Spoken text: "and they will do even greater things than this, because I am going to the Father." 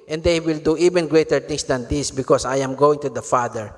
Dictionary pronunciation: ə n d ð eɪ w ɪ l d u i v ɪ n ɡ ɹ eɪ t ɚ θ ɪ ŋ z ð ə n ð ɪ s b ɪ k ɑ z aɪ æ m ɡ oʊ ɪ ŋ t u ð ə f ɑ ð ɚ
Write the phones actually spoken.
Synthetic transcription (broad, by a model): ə n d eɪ w ɪ l d u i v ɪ n ɡ ɹ eɪ t ɚ t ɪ ŋ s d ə n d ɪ s b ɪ k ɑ s aɪ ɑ m ɡ oʊ ɪ ŋ t u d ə f ɑ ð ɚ